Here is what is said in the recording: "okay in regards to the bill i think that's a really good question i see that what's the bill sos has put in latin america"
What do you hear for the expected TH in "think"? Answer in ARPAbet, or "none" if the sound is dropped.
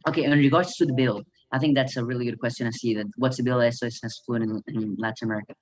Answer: TH